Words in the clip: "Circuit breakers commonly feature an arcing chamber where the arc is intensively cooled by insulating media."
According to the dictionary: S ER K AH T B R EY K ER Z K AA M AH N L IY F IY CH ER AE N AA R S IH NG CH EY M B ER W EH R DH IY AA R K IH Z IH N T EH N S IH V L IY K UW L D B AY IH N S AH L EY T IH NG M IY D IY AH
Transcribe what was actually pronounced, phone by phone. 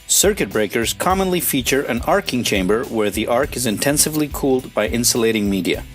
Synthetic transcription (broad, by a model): S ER K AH T B R EY K ER Z K AA M AH N L IY F IY CH ER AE N AA R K IH NG CH EY M B ER W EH R DH IY AA R K IH Z IH N T EH N S IH V L IY K UW L D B AY IH N S AH L EY T IH NG M IY D IY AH